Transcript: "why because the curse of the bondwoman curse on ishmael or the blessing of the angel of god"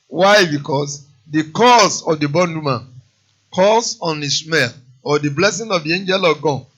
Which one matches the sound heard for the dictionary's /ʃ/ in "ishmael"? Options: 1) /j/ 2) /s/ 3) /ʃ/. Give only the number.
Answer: 2